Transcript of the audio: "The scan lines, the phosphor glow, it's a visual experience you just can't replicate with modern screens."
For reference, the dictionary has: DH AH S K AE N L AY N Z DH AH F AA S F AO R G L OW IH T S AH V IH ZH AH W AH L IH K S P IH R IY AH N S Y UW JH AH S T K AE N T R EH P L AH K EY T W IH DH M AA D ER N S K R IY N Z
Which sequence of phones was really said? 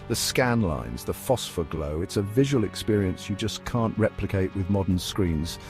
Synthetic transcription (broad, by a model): DH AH S K AE N L AY N Z DH AH F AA S F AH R G L OW IH T S AH V IH ZH AH W AH L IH K S P IH R IY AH N S Y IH JH AH S K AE N T R EH P L AH K EY T W IH DH M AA D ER N S K R IY N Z